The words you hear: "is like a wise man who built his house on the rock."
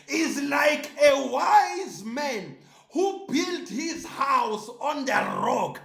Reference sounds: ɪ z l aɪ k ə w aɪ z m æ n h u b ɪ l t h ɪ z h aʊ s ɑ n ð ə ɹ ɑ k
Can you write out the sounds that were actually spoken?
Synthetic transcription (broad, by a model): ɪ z l aɪ k ə w aɪ z m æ n h u b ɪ l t h ɪ z h aʊ s ɑ n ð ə ɹ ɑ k